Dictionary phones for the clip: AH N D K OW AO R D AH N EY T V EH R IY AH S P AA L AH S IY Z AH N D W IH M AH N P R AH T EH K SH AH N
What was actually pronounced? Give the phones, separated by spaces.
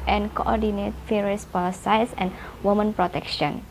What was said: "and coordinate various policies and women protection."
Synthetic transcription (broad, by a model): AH N K OW AO D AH N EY T F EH R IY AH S P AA L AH S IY S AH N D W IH M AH N P R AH T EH K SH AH N